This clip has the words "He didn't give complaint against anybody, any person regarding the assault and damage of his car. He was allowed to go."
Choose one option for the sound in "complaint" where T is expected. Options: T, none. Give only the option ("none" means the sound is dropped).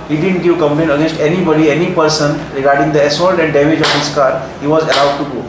none